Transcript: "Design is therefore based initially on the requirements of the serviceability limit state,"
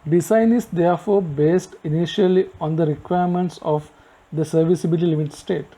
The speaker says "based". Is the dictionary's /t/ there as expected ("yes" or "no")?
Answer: yes